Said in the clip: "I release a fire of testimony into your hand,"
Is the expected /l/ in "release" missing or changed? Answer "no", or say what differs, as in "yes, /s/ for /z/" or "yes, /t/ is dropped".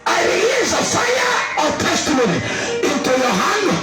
yes, /l/ is dropped